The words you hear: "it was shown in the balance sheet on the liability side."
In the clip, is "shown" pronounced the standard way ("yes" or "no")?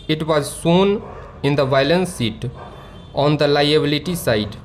no